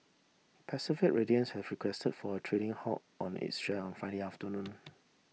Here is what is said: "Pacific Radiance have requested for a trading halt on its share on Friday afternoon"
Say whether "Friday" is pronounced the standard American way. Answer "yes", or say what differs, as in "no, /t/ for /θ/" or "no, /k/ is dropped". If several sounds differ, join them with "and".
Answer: no, /ɹ/ is dropped